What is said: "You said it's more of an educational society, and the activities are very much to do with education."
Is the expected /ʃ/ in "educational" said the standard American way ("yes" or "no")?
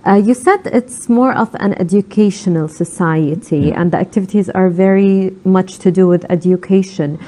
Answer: yes